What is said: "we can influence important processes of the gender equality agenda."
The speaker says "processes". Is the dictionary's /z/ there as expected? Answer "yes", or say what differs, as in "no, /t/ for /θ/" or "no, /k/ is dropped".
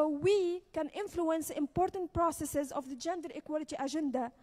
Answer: yes